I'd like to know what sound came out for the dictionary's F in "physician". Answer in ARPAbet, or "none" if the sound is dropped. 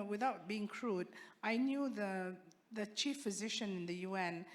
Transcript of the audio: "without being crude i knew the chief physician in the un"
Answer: F